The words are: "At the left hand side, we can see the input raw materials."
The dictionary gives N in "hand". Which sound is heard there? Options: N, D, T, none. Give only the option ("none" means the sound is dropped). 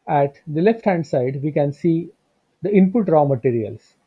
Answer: N